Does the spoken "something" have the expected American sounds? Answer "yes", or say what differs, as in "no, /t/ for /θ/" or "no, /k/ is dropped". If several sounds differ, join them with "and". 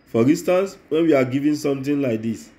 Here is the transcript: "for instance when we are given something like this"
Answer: no, /t/ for /θ/